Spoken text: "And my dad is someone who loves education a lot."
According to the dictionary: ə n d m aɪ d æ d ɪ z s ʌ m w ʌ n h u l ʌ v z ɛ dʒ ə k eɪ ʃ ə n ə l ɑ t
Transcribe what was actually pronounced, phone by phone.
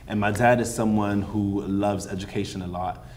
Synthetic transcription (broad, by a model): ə n m aɪ d æ d ɪ z s ʌ m w ʌ n h u l ʌ v z ɛ dʒ ə k eɪ ʃ ə n ə l ɑ t